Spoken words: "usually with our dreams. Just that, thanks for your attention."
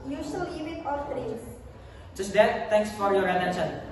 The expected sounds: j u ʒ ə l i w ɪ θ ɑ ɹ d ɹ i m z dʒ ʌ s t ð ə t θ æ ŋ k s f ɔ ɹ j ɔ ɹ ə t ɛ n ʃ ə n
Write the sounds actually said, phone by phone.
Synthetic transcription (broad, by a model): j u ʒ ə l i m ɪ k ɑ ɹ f ɹ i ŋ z dʒ ʌ s t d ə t t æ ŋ k s f ɔ ɹ j ɔ ɹ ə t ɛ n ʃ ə n